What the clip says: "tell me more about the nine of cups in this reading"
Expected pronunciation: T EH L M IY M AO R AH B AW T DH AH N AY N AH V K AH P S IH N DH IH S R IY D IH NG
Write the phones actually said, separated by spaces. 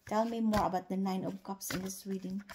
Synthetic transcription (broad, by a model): T EH L M IY M AO R AH B AW T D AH N AY N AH P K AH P S IH N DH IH S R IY D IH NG